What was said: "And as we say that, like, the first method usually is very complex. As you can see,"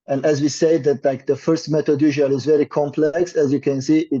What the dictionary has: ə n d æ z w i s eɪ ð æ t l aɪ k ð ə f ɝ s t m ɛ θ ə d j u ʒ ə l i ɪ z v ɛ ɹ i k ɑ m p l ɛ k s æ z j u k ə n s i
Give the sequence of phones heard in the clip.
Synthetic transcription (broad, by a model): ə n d æ z w i s eɪ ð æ t l aɪ k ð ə f ɝ s t m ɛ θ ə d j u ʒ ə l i ɪ z v ɛ ɹ i k ɑ m p l ɛ k s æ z j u k ə n s i